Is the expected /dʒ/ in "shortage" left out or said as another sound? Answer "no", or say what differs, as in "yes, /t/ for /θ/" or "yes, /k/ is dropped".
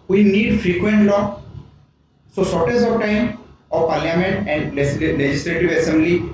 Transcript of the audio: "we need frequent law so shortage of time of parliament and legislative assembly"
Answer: yes, /z/ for /dʒ/